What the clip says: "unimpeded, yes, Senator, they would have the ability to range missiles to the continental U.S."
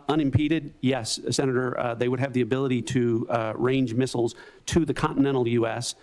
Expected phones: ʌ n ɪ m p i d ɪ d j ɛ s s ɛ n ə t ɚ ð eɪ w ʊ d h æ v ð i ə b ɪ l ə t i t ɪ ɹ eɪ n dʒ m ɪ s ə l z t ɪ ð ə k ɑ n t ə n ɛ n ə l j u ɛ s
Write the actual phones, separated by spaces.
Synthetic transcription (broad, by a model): ʌ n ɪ m p i d ɪ d j ɛ s s ɛ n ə t ɚ ð eɪ w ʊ d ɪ v ð i ə b ɪ l ə t i t ɪ ɹ eɪ n dʒ m ɪ s l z t ɪ ð ə k ɑ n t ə n ɛ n l j u ɛ s